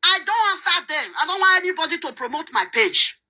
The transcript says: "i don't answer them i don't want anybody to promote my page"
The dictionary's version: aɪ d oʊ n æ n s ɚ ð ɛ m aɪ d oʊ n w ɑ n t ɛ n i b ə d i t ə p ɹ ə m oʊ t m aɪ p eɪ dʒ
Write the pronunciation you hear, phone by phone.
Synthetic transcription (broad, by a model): aɪ d oʊ n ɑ s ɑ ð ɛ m aɪ d oʊ n w ɑ n t ɛ n i b ə d i t ə p ɹ ə m oʊ t m aɪ p eɪ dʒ